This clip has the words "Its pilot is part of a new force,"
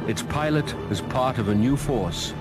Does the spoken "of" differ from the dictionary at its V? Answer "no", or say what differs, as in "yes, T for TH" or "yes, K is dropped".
no